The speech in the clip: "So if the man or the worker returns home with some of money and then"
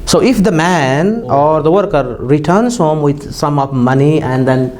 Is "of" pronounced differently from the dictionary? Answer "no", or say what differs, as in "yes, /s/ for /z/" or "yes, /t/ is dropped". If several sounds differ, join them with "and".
yes, /p/ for /v/